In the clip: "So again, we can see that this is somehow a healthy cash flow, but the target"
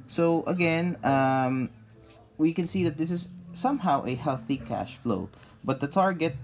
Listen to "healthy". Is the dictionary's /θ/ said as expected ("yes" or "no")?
yes